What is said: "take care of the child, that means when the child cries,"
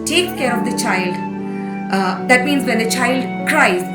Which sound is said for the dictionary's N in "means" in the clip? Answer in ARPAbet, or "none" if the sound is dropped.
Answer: N